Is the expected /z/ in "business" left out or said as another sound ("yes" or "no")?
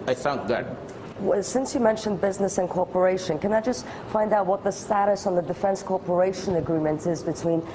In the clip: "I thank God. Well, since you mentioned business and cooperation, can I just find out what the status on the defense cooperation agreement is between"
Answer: no